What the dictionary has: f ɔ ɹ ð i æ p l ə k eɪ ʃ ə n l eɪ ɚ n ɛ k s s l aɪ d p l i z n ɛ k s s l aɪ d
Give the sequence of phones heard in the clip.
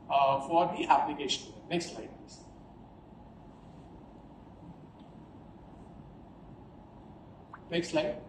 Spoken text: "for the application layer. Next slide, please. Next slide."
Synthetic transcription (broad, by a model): f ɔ ɹ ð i æ p l ə k eɪ ʃ ə n n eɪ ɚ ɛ k s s l aɪ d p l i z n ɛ k s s l aɪ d